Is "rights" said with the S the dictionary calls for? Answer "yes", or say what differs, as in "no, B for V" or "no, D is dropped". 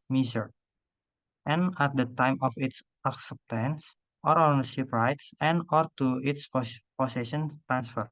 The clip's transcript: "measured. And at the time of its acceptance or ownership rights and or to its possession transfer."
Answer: yes